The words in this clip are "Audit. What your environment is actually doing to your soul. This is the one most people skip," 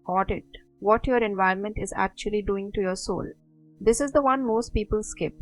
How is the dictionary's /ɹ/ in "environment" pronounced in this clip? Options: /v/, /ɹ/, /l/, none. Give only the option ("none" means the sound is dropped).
none